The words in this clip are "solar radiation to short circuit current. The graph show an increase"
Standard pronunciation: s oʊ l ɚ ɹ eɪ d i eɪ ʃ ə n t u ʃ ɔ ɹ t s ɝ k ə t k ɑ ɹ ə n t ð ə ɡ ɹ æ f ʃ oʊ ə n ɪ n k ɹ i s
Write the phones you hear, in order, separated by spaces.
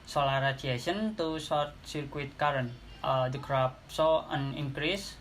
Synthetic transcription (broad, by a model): s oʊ l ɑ ɹ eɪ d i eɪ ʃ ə n t u s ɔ ɹ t s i k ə t k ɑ ɹ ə n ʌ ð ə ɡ ɹ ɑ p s oʊ ə n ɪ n k ɹ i s